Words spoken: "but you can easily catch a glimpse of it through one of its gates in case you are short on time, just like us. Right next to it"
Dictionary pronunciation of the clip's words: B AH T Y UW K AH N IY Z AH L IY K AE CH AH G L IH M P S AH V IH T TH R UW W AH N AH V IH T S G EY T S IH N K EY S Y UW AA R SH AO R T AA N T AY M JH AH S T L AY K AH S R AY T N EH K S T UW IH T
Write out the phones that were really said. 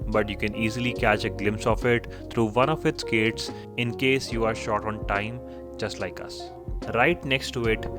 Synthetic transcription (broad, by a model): B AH T Y UW K AH N IY Z AH L IY K AE CH AH G L IH M P S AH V IH T T R UW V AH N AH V IH T S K EY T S IH N K EY S Y UW AA R SH AO R T AA N T AY M JH AH S T L AY K AH S R AY T N EH K S T UW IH T